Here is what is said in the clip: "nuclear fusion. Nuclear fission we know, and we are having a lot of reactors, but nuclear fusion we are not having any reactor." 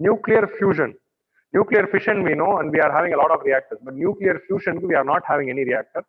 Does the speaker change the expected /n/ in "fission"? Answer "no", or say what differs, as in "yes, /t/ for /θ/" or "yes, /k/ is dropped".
no